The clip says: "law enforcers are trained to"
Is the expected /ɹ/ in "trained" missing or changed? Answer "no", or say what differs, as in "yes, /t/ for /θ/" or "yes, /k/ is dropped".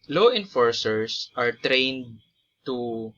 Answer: no